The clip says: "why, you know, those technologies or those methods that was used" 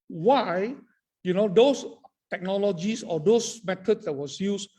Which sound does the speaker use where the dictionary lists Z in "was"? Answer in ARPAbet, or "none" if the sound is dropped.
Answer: S